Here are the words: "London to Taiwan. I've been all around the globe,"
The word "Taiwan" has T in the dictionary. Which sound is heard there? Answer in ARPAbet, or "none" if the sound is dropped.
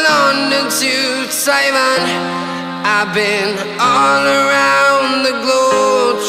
S